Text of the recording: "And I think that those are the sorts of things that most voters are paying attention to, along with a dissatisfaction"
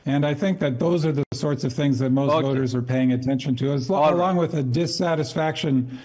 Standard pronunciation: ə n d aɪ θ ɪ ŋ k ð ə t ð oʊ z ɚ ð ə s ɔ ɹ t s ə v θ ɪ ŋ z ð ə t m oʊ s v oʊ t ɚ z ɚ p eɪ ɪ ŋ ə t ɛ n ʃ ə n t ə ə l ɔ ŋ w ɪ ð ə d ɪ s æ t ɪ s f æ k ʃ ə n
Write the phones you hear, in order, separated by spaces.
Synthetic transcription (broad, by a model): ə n aɪ θ ɪ ŋ k ð ə t ð oʊ z ɚ ð ə s ɔ ɹ t s ə v θ ɪ ŋ z ð ə t m oʊ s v oʊ t ɚ z ɚ p eɪ ɪ ŋ ə t ɛ n ʃ ə n t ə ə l ɔ ŋ w ɪ ð ə d ɪ s æ t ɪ s f æ k ʃ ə n